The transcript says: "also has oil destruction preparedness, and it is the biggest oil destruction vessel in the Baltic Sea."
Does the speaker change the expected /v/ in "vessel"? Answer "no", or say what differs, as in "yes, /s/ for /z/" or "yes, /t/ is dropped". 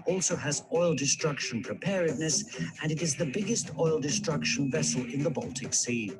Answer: no